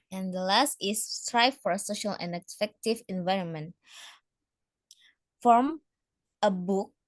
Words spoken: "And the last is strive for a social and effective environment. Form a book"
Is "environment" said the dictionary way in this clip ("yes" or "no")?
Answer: yes